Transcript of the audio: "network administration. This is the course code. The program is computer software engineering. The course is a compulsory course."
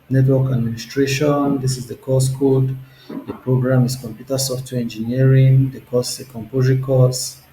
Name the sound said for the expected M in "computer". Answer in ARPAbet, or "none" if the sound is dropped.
M